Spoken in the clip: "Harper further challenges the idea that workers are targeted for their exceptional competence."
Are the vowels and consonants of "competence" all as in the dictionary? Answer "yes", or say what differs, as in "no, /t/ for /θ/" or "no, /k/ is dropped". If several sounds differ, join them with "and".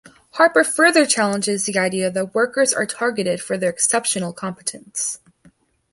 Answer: yes